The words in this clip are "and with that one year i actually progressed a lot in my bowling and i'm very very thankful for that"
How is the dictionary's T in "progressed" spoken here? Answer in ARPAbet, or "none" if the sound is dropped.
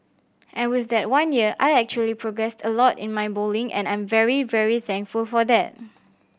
T